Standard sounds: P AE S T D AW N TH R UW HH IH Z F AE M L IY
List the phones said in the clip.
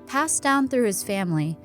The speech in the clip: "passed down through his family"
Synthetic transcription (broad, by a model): P AE S D AW N TH R UW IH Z F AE M L IY